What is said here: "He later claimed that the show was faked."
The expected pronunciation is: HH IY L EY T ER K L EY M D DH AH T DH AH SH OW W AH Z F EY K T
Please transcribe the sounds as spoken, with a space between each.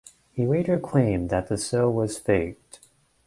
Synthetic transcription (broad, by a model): HH IY W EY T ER K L EY M DH AH T DH AH S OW W AH Z F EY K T